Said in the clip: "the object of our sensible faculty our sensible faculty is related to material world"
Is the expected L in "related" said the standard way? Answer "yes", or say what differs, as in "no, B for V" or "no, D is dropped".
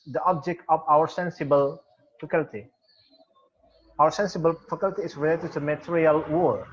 yes